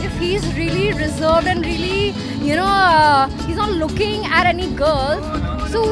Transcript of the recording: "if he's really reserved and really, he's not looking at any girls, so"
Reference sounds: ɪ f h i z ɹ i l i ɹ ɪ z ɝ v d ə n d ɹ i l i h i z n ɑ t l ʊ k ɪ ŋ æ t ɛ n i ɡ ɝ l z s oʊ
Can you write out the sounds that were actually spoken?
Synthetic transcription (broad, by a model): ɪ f h i z ɹ i l i ɹ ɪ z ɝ v d ə n d ɹ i l i h i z n ɑ t l ʊ k ɪ ŋ æ t ɛ n i ɡ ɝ l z s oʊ